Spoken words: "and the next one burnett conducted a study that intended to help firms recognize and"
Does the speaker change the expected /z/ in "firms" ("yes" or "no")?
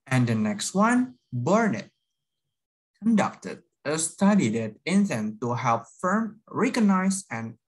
yes